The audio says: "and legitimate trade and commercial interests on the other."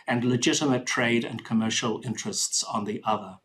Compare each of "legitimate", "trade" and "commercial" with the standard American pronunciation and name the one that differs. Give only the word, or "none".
none